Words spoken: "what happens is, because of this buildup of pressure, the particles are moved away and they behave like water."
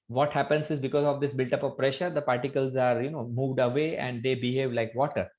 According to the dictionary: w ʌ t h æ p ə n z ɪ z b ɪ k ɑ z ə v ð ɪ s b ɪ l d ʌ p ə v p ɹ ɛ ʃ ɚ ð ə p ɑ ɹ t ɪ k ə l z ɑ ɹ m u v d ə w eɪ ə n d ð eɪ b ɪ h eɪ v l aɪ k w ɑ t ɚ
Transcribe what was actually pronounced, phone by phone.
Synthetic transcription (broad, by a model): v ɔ t h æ p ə n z ɪ z b ɪ k ɑ z ə v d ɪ s b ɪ l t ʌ p ə v p ɹ ɛ ʃ ɚ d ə p ɑ ɹ t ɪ k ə l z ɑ ɹ m u v d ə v eɪ ə n d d eɪ b ɪ h eɪ v l aɪ k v ɑ t ɚ